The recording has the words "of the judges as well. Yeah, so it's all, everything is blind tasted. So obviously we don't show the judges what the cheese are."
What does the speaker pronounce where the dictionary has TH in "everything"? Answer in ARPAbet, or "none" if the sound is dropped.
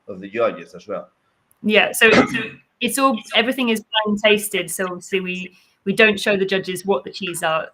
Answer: TH